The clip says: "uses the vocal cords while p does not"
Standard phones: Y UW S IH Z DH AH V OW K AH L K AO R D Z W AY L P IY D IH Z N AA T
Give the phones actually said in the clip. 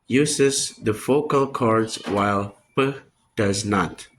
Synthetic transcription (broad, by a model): Y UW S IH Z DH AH F OW K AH L K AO R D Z W AY L P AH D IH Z N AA T